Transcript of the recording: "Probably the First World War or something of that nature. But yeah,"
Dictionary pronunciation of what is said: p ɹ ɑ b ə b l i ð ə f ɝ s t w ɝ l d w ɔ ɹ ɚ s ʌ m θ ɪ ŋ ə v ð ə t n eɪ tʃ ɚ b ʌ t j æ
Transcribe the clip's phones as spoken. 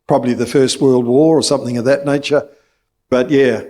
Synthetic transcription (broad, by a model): p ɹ ɑ b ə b l i ð ə f ɝ s t w ɝ l d w ɔ ɹ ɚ s ʌ m θ ɪ ŋ ə v ð ə t n eɪ tʃ ɚ b ʌ t j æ